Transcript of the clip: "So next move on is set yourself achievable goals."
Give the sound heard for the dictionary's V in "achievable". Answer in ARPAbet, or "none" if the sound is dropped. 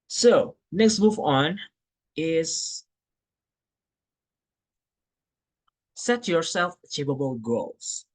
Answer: P